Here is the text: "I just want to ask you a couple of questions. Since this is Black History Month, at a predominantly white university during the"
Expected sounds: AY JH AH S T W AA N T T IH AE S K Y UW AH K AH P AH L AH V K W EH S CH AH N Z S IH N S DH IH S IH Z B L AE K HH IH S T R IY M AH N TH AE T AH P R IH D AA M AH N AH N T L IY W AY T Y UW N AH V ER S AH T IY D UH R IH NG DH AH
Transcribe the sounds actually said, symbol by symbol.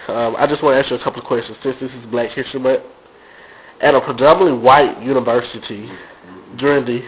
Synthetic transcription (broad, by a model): AY JH AH S T W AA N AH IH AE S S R AH K AH P L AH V K W EH S CH AH N Z S IH N S DH IH S IH Z B L AE K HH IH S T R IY M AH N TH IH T AH P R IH D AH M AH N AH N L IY W AY T Y UW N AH V ER S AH T IY D UH R IH NG DH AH